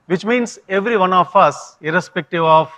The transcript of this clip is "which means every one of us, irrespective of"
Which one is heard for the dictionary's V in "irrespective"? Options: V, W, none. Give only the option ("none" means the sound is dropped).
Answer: V